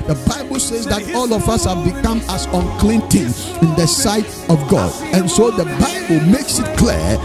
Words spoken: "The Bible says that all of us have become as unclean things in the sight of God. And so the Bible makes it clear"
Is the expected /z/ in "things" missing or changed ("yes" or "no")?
yes